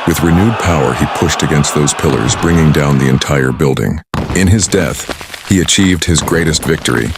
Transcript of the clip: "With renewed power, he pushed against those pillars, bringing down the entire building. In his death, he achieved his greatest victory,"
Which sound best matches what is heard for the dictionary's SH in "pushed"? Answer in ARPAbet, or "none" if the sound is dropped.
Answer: SH